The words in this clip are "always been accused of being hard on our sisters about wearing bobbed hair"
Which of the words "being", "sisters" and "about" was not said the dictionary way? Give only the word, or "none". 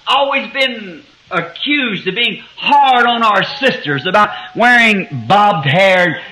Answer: none